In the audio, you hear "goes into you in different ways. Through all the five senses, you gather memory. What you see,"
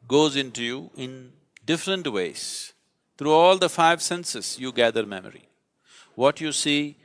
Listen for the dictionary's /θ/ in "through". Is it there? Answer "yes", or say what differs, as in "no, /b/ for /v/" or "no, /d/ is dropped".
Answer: no, /t/ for /θ/